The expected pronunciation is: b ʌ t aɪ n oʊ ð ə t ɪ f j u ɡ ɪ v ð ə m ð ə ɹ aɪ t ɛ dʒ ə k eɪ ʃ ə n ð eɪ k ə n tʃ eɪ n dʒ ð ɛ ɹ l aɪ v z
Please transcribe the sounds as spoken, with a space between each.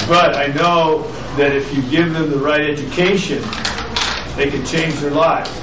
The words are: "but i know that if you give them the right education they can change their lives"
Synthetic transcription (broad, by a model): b ʌ t aɪ n oʊ ð ə t ɪ f j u ɡ ɪ v ð ə m ð ə ɹ aɪ t ɛ dʒ ə k eɪ ʃ ə n ð eɪ k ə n tʃ eɪ n dʒ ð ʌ ɹ l aɪ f